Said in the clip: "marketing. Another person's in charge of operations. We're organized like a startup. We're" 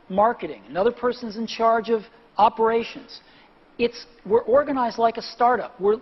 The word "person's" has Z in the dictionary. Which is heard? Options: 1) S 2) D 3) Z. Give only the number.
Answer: 3